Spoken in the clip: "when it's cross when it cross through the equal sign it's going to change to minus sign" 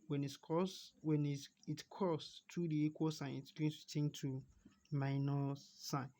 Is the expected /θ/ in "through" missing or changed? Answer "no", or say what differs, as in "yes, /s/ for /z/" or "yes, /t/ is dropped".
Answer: yes, /t/ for /θ/